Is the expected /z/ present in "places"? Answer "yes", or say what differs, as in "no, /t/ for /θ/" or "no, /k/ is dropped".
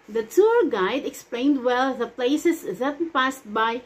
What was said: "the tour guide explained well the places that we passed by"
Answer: no, /s/ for /z/